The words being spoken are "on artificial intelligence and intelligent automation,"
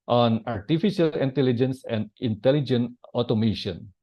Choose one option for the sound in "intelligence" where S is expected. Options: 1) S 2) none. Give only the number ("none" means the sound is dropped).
1